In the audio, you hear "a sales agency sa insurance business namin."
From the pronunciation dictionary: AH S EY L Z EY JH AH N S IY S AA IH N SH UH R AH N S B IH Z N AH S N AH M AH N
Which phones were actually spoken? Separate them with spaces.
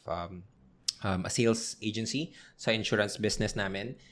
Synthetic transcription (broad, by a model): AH S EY L S EY JH AH N S IY S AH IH N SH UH R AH N S B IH S N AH S N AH M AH N